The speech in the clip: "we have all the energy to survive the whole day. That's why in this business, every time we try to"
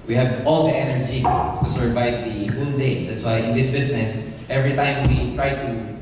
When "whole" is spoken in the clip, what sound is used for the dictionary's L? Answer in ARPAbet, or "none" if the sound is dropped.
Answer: N